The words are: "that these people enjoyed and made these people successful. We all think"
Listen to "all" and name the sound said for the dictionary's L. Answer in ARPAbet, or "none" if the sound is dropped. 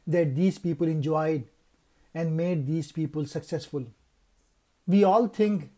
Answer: L